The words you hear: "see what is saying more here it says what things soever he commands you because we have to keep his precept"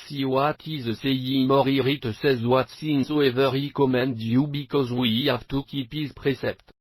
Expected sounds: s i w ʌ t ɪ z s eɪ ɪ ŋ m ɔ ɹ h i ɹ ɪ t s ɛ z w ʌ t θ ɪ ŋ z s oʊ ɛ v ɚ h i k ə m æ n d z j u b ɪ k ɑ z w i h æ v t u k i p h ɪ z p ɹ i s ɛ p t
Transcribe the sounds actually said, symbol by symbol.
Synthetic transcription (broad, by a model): s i w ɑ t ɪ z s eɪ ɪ m ɔ ɹ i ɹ ɪ t s ɛ z w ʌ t s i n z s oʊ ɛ v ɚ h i k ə m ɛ n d j u b ɪ k ɑ z w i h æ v t u k i p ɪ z p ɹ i s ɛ p t